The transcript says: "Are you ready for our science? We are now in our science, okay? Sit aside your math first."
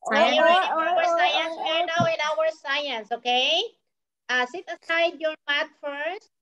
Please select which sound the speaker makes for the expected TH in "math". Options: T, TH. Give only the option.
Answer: T